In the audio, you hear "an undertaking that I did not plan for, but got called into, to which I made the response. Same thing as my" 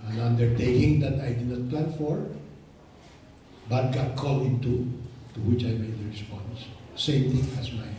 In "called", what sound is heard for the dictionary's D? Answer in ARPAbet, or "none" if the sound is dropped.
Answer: none